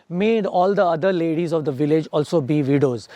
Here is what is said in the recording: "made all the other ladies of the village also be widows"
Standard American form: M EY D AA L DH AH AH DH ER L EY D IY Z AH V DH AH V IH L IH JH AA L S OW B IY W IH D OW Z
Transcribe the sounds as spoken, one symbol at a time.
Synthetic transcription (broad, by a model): M EY D AA L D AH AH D ER L EY D IY Z AH V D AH V IH L IH JH AA L S OW B IY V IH D OW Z